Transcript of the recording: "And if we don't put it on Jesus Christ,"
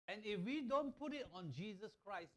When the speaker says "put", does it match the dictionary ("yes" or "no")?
yes